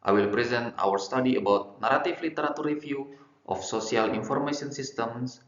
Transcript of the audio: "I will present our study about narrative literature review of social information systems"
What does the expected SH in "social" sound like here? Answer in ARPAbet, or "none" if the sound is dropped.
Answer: S